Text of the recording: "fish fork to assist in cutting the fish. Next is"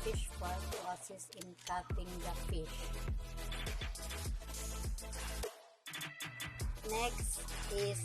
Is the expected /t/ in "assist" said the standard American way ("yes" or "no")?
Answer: no